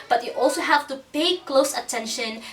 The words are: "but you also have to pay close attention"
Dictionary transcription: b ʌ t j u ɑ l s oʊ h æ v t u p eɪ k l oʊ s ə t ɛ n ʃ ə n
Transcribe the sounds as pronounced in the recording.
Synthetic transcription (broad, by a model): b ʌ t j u ɑ l s oʊ h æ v t u p eɪ k l oʊ s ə t ɛ n ʃ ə n